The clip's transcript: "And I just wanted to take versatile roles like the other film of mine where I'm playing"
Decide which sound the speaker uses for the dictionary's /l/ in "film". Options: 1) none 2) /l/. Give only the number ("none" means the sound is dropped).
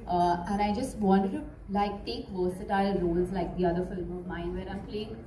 2